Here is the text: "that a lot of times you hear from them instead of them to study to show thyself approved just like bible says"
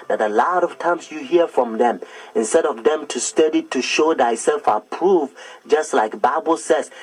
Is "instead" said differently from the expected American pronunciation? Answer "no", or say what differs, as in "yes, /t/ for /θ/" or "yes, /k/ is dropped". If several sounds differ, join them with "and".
no